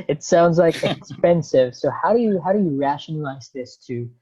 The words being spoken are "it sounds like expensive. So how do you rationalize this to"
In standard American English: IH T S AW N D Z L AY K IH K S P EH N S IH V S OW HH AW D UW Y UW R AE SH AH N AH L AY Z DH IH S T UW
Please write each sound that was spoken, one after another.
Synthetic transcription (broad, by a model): IH T S AW N D Z L AY K IH K S P EH N S IH V S OW HH AW D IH Y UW R AE SH AH N AH L AY Z DH IH S T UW